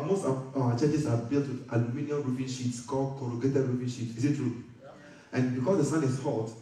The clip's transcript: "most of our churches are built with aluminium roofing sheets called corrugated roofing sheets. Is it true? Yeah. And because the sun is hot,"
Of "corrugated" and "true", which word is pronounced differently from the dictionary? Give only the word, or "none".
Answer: none